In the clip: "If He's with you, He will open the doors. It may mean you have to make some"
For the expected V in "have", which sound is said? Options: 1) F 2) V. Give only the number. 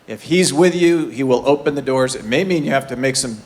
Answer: 1